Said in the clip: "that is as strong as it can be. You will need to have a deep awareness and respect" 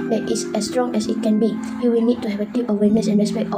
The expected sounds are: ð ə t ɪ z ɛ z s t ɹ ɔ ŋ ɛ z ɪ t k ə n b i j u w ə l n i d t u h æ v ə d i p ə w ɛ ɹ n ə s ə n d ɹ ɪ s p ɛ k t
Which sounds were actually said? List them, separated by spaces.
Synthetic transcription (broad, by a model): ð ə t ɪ s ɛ s t ɹ ɔ ŋ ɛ s ɪ t k ə n b i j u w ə n i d t u h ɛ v ə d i ə w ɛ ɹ n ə s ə n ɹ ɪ s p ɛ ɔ